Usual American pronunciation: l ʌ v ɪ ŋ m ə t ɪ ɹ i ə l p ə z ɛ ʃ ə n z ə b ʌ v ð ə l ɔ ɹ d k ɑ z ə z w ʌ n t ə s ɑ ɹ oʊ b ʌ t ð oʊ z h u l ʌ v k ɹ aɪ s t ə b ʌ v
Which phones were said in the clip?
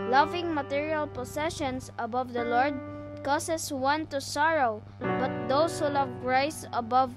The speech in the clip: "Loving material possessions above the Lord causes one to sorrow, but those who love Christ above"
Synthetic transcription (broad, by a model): l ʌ v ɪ ŋ m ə t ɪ ɹ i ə l p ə s ɛ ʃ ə n s ə b ʌ v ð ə l ɔ ɹ d k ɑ s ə s w ʌ n t ə s ɑ ɹ oʊ b ʌ t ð oʊ s h u l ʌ v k ɹ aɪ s ə b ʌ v